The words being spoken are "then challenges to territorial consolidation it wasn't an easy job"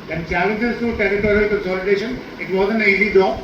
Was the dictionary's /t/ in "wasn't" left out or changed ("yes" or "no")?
yes